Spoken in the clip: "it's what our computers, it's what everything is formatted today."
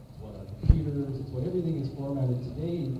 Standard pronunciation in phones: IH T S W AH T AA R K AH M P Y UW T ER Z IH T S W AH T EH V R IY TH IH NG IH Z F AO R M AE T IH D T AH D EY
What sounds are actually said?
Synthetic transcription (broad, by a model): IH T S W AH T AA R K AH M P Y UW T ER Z IH T S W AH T EH V R IY TH IH NG IH Z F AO R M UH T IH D T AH D EY